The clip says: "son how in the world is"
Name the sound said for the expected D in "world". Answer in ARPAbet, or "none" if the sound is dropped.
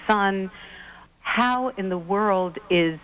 D